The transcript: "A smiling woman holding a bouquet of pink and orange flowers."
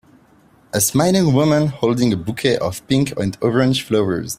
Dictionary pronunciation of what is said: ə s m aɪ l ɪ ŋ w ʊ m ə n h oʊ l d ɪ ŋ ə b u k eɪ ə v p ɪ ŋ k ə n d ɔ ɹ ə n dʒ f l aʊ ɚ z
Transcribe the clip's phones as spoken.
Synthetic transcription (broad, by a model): ə s m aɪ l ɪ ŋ w ʊ m ə n h oʊ l d ɪ ŋ ə b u k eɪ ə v p ɪ ŋ k ə n d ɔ ɹ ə n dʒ f l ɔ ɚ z